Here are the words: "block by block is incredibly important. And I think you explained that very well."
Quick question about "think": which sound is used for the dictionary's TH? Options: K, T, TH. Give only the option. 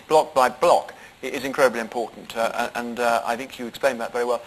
TH